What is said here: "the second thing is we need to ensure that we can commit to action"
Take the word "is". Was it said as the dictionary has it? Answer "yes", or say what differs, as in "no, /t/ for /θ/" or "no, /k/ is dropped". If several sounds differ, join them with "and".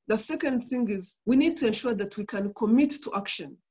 yes